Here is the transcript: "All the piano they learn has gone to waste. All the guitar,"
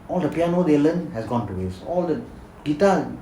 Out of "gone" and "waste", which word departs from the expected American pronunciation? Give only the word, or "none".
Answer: waste